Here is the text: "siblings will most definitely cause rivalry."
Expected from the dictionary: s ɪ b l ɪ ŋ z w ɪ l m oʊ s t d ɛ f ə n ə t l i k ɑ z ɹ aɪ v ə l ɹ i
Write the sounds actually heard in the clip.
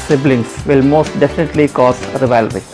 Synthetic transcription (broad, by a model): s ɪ b l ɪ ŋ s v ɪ l m oʊ s t d ɛ f ə n ə t l i k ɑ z ɹ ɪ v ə l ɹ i